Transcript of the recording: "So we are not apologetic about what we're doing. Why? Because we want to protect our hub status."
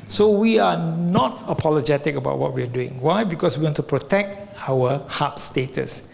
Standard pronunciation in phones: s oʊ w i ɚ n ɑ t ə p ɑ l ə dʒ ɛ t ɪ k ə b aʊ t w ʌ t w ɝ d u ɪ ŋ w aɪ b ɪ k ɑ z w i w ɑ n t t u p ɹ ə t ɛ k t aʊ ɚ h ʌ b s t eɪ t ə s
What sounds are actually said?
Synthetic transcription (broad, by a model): s oʊ w i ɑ n ɑ t ə p ɑ l ə dʒ ɛ t ɪ k ə b aʊ t w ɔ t w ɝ d u ɪ ŋ w aɪ b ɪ k ɑ s w i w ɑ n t t u p ɹ ə t ɛ k t aʊ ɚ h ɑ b s t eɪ t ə s